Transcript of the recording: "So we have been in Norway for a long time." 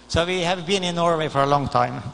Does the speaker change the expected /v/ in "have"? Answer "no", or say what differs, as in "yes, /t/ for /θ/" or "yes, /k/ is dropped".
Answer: no